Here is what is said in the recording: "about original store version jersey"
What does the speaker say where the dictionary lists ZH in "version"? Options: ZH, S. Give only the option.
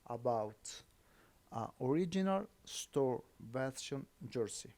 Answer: S